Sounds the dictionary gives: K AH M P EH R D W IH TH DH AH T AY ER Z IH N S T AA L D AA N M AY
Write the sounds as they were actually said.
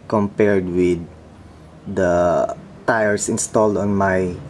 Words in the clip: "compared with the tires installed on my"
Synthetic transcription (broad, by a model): K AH M P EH R D W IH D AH T AY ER S IH N S T AA L D AA N M AY